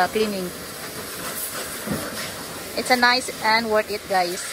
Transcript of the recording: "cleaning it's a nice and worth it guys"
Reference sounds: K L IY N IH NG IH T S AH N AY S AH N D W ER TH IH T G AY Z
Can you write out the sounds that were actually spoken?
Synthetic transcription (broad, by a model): K L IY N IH NG IH T S AH N AY S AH N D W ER T IH T G AY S